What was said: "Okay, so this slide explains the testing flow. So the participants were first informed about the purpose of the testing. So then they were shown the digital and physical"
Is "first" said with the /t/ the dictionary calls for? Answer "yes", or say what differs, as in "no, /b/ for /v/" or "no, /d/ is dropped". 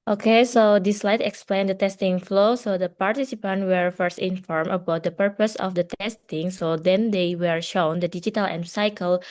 yes